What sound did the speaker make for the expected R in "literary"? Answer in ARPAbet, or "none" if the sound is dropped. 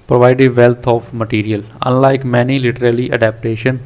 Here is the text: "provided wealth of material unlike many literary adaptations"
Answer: L